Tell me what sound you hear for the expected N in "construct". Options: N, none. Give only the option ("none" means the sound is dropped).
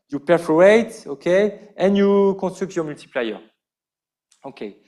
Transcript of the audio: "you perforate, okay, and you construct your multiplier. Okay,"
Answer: none